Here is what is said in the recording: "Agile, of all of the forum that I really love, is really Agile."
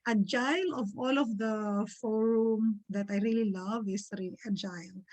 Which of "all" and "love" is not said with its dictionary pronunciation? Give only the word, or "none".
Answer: none